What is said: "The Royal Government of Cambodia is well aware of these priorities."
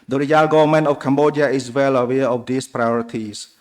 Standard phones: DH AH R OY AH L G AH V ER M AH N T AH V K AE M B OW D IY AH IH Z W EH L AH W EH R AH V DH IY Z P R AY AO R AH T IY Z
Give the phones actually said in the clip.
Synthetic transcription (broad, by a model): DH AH R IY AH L G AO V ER M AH N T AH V K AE M B OW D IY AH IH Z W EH L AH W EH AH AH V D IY S P R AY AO R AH T IY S